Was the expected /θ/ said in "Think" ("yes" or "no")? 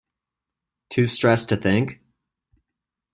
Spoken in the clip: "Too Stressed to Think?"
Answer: yes